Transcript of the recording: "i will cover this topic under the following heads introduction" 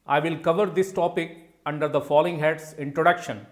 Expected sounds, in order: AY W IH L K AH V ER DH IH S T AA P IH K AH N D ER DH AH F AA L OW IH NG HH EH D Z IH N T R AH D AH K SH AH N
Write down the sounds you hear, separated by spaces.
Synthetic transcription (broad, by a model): AY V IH L K AH V ER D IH S T AA P IH K AH N D ER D AH F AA L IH NG HH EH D S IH N T R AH D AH K SH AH N